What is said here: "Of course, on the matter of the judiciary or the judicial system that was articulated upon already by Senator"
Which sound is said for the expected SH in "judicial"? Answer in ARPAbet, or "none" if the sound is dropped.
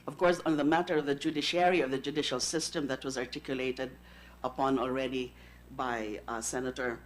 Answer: SH